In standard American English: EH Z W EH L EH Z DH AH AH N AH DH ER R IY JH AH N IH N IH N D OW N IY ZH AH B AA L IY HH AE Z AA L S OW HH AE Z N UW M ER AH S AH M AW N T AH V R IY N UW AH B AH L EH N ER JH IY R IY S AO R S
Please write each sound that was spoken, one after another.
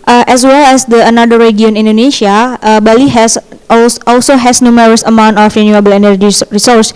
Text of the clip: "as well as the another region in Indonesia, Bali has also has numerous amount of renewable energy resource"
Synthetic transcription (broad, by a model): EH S W EH L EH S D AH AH N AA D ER R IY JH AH IH N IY N D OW N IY SH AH B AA L IY HH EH S AA L S OW HH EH S N UW M ER AH S AH M AW N T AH F R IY N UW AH B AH L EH N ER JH IY R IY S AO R S